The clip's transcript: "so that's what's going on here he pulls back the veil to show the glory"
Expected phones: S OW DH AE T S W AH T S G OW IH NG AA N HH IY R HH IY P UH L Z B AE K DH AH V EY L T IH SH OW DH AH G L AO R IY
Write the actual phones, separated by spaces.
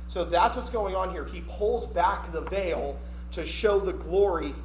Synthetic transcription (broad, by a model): S OW DH AE T S W AH T S G OW IH NG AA N HH IY R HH IY P UH L Z B AE K DH AH V EY L T IH SH OW DH AH G L AO R IY